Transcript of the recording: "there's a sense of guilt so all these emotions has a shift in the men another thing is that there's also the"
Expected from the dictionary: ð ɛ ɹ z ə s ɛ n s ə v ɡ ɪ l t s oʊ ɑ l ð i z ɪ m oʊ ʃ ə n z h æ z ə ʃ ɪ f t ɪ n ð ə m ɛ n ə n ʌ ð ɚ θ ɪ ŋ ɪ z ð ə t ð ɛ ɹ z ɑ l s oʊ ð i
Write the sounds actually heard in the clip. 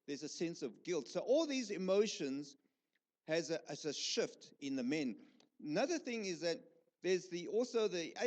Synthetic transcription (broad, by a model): ð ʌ ɹ z ə s ɛ n s ə v ɡ ɪ l t s oʊ ɑ l ð i z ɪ m oʊ ʃ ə n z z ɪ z ə ʃ ɪ f t ɪ n ð ə m ɛ n ə n ʌ ð ɚ θ ɪ ŋ ɪ z ð ə t ð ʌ ɹ z ɑ l s oʊ ð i